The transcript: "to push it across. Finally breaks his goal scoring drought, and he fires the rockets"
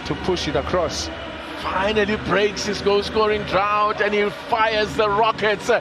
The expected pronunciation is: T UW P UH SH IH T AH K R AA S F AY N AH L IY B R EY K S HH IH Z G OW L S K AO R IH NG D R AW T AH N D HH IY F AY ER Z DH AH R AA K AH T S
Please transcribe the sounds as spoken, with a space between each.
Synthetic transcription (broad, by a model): T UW P UH SH IH T AH K R AA S F AY N AH L IY B R EY K S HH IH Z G OW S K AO R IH NG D R AW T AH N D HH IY F AY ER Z DH AH R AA K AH T S